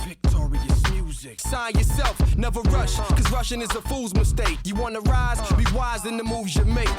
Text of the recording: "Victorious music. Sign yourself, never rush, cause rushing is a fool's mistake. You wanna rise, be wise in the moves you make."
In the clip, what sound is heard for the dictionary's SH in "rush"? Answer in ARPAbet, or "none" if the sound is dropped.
SH